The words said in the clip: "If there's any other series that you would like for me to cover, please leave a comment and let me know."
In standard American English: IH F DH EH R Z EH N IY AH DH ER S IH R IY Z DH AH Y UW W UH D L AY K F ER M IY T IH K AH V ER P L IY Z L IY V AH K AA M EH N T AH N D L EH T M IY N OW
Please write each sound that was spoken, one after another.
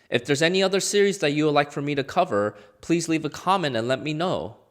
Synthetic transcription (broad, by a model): IH F DH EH R Z EH N IY AH DH ER S IH R IY Z DH AH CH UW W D L AY K F ER M IY T IH K AH V ER P L IY Z L IY V AH K AA M EH N T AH N L EH T M IY N OW